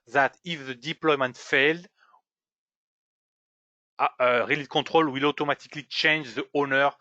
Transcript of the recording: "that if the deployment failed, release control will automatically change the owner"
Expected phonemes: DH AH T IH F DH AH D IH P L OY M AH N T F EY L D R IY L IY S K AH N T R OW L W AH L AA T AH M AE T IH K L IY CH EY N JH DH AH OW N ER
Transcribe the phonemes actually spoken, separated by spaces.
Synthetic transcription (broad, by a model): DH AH T IH F DH AH D IH P L OY M AH N T F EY L D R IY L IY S K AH T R OW L W AH L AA T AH M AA T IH K L IY CH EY N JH DH AH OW N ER